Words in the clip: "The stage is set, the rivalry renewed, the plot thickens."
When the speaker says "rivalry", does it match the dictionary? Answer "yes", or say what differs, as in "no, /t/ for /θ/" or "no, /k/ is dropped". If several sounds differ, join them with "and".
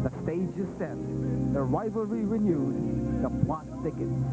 no, /l/ is dropped